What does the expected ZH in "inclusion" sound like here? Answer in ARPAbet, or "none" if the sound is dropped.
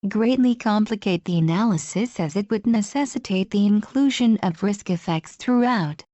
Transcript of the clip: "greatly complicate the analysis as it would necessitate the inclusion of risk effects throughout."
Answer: ZH